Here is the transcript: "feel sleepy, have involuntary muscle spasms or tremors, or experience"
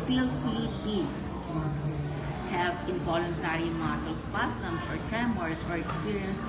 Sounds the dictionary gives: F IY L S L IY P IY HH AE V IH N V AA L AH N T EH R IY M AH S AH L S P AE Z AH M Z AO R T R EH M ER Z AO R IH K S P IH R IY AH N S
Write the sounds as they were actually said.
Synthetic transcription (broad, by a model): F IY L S IY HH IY HH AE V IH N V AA L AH N T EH R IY M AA S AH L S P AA S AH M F AO R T R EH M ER S AO R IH K S P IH R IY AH N S